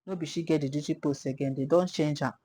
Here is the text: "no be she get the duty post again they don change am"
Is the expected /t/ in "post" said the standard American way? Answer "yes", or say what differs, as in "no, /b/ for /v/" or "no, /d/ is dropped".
no, /t/ is dropped